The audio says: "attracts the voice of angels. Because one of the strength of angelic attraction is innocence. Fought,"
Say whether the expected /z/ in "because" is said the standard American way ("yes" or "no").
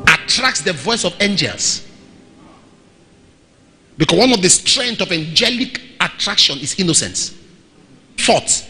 no